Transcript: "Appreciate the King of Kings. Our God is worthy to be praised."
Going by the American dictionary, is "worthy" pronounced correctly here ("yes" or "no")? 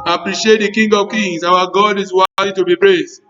no